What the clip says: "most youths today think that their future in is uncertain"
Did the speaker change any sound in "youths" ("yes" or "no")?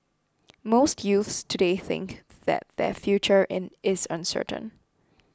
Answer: no